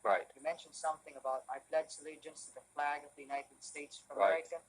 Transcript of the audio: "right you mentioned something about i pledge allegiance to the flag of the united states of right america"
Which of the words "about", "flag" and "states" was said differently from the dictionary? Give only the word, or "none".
none